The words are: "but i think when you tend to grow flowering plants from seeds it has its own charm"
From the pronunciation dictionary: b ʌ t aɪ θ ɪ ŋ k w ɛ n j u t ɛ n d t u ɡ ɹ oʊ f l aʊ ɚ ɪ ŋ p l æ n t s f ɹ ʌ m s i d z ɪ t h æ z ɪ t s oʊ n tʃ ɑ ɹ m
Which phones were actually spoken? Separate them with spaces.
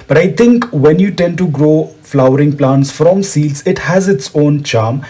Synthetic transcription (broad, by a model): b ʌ t aɪ t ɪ ŋ k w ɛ n j u t ɛ n d t u ɡ ɹ oʊ f l aʊ ɚ ɪ ŋ p l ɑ n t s f ɹ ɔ m s i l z ɪ t h æ z ɪ t s oʊ n tʃ ɑ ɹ m